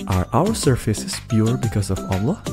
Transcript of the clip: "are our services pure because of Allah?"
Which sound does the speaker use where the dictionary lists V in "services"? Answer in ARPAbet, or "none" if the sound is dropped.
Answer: F